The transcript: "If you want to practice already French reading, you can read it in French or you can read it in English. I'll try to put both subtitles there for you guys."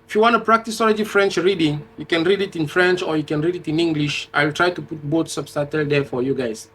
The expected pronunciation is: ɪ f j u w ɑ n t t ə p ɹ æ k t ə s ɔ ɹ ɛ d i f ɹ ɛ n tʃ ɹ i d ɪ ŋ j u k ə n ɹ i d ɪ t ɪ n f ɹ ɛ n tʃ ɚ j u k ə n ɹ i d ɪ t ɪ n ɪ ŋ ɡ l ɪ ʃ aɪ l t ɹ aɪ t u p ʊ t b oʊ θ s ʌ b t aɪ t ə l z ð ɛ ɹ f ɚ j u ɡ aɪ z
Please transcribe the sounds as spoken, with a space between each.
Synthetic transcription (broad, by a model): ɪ f j u w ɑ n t t ə p ɹ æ k t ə s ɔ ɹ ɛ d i f ɹ ɛ n tʃ ɹ i d ɪ ŋ j u k ə n ɹ i d ɪ t ɪ n f ɹ ɛ n tʃ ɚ j u k ə n ɹ i d ɪ t ɪ n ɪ ŋ ɡ l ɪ ʃ aɪ l t ɹ aɪ t u p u t b oʊ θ s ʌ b t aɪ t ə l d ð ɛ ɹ f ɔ j u ɡ aɪ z